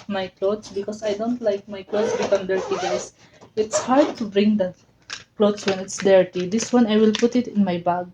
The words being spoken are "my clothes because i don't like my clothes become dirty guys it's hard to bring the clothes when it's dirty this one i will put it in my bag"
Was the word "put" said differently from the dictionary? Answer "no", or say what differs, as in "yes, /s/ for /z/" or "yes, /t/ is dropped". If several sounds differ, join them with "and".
no